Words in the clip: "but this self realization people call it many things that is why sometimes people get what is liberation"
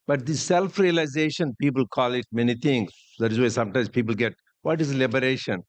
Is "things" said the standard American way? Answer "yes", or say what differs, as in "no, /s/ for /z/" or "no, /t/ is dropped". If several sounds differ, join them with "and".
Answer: no, /t/ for /θ/